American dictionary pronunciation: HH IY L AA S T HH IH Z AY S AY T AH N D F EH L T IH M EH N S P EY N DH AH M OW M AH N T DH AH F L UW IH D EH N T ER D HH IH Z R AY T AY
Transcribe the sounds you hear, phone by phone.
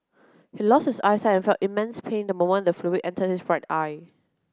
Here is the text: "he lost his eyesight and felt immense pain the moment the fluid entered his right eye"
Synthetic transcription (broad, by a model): HH IY L AA S T HH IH S AY S AY AH N F EH L T IH M EH N S P EY N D AH M OW M AH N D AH F L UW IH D EH N T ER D HH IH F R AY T AY